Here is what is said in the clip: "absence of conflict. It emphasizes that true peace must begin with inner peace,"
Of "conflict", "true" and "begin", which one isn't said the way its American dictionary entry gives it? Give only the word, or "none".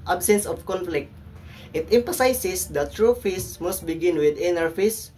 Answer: none